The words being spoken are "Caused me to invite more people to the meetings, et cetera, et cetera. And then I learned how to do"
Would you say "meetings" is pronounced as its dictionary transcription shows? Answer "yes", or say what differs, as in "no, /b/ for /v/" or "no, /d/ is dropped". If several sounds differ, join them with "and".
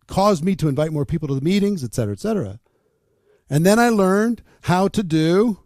yes